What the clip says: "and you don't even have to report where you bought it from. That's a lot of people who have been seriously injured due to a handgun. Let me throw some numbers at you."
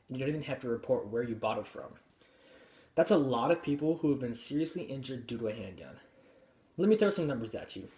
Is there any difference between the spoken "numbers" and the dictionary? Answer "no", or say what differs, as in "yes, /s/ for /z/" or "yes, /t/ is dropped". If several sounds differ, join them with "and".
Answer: no